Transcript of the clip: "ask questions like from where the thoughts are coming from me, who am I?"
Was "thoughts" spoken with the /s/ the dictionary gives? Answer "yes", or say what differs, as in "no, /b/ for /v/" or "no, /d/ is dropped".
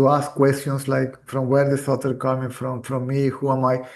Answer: no, /s/ is dropped